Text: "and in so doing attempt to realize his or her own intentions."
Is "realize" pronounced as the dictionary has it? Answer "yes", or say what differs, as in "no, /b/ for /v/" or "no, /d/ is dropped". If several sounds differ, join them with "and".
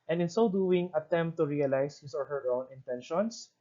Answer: no, /s/ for /z/